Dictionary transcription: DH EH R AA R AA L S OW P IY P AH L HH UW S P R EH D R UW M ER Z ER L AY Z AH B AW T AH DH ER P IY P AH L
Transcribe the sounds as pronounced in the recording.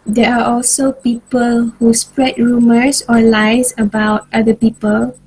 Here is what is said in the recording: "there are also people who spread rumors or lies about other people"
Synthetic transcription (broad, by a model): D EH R AA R AA L S OW P IY P AH L HH UW S P R EH D R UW M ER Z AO L AY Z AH B AW T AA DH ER P IY P AH L